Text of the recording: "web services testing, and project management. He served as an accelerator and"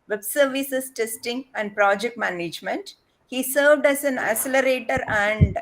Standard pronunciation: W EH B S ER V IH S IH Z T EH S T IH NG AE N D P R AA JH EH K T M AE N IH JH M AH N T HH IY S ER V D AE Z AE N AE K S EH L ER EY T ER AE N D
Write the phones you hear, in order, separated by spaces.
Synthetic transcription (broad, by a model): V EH B S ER V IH S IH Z T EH S T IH NG AE N D P R AA JH EH K T M AE N IH JH M AH N T HH IY S ER V D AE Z AE N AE S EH L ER EY T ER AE N D